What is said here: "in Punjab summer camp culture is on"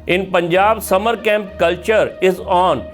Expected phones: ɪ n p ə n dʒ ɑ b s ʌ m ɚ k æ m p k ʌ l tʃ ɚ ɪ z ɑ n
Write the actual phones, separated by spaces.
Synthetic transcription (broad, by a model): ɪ n p ə n dʒ ɑ b s ʌ m ɚ k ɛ m p k ʌ l tʃ ɚ ɪ z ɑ n